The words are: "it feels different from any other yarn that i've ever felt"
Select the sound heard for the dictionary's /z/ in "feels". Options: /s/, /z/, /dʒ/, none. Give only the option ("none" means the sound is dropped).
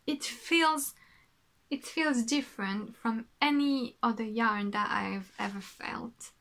/z/